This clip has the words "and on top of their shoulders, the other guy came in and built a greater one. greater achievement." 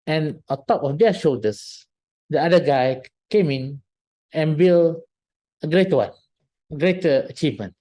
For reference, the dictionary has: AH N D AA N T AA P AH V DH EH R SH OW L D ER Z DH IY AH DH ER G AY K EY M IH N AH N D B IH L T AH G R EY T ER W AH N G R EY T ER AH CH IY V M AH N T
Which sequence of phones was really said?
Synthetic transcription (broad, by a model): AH N AA N T AA P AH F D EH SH OW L D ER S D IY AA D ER G AY K EY M IH N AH N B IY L AH G R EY T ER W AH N G R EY T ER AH CH IY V M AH N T